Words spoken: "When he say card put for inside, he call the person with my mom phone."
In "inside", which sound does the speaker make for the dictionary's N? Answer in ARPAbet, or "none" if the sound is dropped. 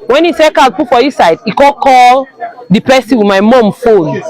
none